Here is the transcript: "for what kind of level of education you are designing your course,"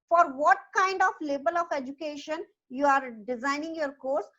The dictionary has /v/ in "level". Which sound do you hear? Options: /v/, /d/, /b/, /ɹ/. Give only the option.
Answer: /b/